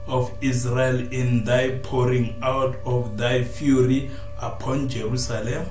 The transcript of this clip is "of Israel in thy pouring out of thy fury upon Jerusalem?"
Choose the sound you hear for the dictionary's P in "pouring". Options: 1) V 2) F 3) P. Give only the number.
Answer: 3